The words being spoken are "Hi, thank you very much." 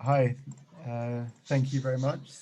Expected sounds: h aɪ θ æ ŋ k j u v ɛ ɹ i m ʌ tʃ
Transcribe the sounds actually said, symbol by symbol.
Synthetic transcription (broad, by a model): h aɪ θ æ ŋ k j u v ɛ ɹ i m ʌ tʃ